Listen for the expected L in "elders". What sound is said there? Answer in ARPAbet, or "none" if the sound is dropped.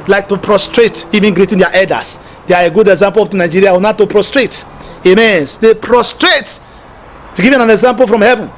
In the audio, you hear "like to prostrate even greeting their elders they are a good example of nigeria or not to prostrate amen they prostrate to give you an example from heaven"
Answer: none